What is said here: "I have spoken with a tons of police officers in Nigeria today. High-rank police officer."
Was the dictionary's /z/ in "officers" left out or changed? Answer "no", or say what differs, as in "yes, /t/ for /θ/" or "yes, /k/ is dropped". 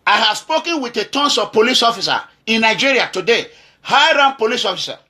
yes, /z/ is dropped